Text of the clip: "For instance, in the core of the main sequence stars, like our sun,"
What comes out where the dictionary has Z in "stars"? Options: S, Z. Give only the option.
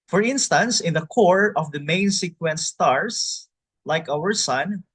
S